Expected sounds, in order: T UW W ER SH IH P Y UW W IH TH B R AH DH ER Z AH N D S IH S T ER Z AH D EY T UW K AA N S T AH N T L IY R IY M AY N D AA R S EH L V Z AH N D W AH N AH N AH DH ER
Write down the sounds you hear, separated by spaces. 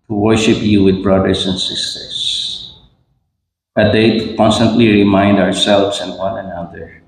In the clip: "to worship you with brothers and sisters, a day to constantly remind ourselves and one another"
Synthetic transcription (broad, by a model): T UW W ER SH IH P Y UW W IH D B R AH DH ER S AH N D S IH S T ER S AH D EY T UW K AA N S T AH N T L IY R IY M AY N D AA R S EH L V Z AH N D W AH N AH N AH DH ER